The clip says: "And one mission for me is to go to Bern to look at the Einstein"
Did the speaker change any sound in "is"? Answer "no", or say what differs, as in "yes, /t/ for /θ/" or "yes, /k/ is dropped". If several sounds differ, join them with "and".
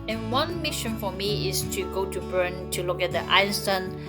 yes, /s/ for /z/